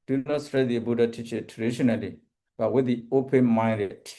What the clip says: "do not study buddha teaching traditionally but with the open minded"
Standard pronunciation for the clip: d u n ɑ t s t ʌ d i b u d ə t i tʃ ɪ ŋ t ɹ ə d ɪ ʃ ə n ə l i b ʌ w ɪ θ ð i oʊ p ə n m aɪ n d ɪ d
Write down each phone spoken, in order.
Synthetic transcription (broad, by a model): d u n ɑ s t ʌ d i b u d ə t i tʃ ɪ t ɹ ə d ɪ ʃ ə n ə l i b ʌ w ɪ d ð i oʊ p ə n m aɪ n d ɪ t